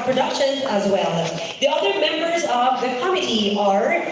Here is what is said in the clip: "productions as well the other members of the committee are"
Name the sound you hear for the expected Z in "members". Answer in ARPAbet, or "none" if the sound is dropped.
Z